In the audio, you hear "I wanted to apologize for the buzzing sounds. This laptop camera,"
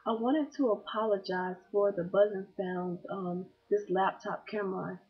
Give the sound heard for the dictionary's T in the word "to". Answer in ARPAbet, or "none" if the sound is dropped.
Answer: T